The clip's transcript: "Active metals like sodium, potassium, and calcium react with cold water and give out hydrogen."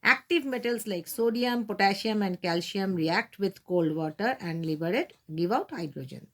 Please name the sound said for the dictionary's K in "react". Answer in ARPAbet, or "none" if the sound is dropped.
K